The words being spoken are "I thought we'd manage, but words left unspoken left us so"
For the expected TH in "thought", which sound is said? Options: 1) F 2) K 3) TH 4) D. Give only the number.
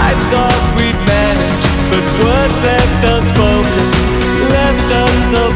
3